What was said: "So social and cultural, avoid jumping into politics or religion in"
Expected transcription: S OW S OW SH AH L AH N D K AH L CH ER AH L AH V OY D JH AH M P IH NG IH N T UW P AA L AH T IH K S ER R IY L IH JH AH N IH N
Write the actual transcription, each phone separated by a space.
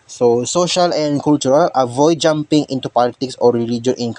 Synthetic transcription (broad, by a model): S OW S OW SH AH L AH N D K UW L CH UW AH L AH V OY D JH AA M P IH NG IH N T UW P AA L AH T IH K S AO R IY L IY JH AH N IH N